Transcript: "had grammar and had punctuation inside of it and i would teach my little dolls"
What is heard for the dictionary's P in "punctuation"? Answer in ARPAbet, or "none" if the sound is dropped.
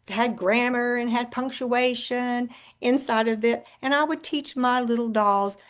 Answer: P